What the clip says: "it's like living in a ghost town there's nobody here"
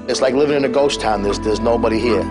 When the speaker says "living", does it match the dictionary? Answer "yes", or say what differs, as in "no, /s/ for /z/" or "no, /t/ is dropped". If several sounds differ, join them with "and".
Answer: yes